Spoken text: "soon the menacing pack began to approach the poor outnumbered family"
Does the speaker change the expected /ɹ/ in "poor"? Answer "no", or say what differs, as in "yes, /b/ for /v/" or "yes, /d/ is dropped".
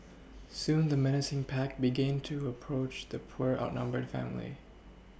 no